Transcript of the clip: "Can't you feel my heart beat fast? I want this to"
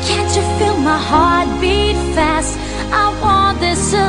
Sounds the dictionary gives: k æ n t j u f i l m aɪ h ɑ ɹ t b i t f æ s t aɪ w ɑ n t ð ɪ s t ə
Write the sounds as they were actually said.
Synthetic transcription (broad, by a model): k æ n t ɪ f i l m aɪ h ɑ ɹ t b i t f æ s t aɪ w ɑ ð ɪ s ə